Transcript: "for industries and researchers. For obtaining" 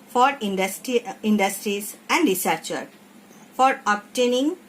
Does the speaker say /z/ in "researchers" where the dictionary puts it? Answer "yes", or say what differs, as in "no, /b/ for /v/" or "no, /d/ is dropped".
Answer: no, /z/ is dropped